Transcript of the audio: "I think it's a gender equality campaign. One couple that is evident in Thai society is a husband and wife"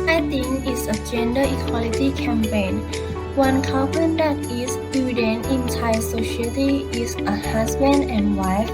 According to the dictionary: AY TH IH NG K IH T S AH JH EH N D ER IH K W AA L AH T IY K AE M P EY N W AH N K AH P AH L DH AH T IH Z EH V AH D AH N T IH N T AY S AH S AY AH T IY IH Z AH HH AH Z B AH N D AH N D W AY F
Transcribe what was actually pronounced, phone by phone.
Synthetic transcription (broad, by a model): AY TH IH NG IH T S AH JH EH N D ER IH K W AA L AH T IY K AE M P EY N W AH N K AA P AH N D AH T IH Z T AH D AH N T IH N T AY S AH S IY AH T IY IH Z AH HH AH S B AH N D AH N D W AY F